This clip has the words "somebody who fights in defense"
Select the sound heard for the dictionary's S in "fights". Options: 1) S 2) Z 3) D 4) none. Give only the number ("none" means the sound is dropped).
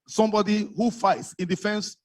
1